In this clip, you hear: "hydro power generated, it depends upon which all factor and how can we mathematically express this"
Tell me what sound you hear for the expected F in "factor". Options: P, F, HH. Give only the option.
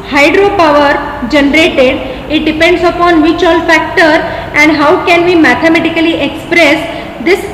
F